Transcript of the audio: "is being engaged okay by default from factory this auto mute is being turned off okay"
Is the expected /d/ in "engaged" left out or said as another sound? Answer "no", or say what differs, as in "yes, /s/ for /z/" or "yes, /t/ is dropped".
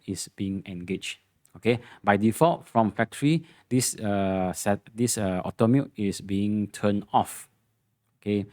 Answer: yes, /d/ is dropped